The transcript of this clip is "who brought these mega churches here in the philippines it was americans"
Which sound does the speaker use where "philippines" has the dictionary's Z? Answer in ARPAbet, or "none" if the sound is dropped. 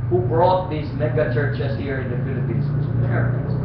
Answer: S